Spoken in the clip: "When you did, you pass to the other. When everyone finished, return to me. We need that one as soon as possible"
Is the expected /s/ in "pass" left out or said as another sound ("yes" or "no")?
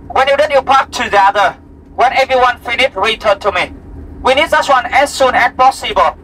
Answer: yes